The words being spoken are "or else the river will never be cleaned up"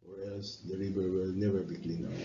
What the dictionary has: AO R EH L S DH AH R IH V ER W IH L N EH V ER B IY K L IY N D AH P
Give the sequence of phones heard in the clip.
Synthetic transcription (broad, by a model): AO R EH L S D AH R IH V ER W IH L N EH V ER B IY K L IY N AH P